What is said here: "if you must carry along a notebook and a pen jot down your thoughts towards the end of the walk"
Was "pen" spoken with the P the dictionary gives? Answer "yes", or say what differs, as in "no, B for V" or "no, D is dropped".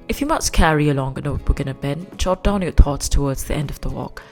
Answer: no, B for P